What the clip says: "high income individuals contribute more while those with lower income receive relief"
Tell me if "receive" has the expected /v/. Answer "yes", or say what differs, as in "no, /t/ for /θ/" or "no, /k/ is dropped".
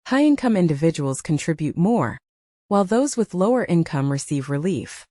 yes